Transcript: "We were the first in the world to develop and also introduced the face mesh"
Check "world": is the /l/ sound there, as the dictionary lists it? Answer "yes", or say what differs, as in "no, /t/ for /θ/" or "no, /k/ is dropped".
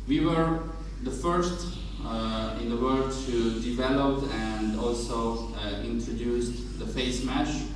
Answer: no, /l/ is dropped